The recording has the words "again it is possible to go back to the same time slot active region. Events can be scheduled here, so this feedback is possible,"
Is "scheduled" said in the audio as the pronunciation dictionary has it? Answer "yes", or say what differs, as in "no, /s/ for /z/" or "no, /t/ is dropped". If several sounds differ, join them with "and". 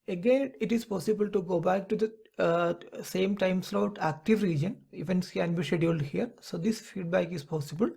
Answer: no, /dʒ/ is dropped